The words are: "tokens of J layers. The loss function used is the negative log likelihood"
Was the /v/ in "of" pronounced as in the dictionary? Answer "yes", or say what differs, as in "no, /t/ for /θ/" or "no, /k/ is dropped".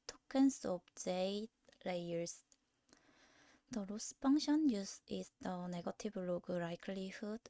no, /b/ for /v/